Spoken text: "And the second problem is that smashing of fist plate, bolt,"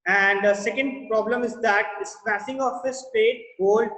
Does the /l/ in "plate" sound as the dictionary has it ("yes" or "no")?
no